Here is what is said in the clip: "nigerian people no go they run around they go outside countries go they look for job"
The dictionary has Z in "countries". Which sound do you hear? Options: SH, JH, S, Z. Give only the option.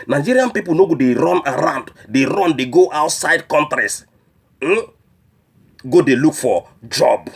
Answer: S